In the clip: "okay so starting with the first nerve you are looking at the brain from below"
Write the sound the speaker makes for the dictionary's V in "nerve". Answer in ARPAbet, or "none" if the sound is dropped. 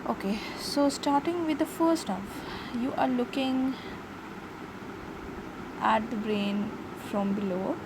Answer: F